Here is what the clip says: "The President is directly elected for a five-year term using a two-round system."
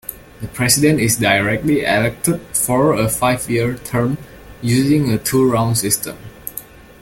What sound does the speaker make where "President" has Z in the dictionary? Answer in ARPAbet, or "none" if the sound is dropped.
S